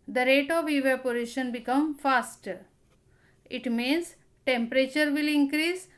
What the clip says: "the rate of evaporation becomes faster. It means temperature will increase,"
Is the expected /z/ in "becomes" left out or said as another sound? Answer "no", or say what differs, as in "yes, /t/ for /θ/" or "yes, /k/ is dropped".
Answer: yes, /z/ is dropped